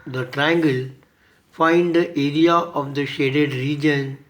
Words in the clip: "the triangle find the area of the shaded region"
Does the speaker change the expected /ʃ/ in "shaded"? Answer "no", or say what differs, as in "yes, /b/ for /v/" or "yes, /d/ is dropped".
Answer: no